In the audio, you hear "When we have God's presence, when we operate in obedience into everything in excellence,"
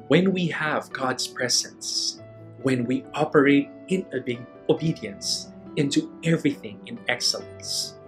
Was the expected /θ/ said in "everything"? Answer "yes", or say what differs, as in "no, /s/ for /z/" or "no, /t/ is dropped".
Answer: yes